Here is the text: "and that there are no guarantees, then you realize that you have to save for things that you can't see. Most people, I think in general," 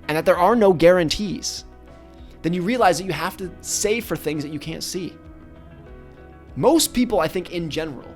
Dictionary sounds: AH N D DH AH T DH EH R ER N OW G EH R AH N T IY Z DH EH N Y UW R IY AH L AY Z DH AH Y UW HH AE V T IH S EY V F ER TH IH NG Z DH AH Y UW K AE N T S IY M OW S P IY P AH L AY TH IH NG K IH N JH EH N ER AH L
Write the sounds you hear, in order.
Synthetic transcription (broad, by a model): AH N DH AH T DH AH R ER N OW G EH R AH N T IY Z DH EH N Y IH R IY AH L AY Z DH AH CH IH HH AE F T IH S EY F ER TH IH NG Z DH AH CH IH K AE N T S IY M OW S P IY P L AY TH IH NG K IH N JH EH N ER L